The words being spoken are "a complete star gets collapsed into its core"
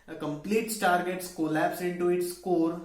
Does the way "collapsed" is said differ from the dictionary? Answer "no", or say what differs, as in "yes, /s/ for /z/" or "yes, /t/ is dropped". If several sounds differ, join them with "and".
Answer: yes, /t/ is dropped